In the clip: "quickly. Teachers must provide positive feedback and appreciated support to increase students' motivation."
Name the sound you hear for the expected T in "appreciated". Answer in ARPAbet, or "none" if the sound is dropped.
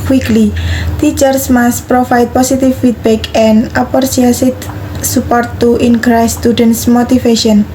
S